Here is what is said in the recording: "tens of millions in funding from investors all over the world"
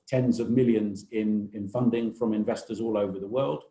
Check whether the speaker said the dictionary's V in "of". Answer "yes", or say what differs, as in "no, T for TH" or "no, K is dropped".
yes